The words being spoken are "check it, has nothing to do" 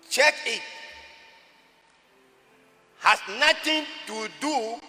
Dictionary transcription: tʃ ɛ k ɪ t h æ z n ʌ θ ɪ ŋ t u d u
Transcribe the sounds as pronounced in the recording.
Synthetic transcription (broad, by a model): tʃ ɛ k ɪ t h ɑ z n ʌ t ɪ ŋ t u d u